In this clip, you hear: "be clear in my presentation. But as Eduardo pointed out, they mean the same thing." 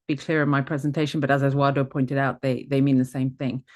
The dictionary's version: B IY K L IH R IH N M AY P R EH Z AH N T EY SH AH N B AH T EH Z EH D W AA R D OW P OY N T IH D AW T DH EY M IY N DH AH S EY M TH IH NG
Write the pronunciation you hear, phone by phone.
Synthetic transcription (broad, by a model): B IY K L IH R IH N M AY P R EH Z AH N T EY SH AH N B AH T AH Z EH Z W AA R D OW P OY N T IH D AW T DH EY M IY N DH AH S EY M TH IH NG